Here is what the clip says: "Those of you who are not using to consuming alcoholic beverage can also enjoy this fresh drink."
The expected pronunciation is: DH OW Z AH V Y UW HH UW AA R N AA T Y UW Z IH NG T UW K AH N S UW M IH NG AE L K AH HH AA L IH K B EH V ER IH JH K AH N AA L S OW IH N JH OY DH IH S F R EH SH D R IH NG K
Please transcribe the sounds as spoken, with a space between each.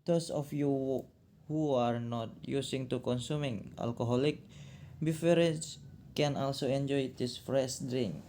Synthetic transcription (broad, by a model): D OW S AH F Y UW HH UW AA R N AA T Y UW S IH NG T UW K AH N S UW M IH NG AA L K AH HH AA L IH K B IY F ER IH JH K AH N AA L S OW IH N JH OY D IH S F R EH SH D R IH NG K